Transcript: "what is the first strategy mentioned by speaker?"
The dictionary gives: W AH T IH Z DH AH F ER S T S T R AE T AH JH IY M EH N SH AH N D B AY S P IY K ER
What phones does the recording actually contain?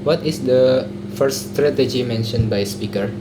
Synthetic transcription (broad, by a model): W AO T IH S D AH F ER T S T R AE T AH JH IY M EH N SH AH N B AY S P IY K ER